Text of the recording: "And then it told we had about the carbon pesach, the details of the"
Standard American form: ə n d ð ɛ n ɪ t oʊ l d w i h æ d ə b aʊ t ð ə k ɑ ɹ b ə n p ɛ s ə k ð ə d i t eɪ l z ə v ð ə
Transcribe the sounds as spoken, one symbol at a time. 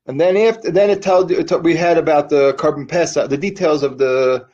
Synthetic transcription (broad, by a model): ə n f ð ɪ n ɪ t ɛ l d w i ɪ d ə b aʊ t ð ə k ɑ ɹ b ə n p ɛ s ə ð ə d i t eɪ l z ə v ð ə